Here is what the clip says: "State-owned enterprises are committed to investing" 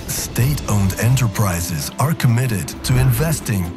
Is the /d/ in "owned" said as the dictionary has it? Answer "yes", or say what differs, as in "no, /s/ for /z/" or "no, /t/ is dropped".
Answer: yes